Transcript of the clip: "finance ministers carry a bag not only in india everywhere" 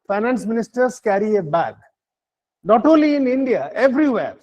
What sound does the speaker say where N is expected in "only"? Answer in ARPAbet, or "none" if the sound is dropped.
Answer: none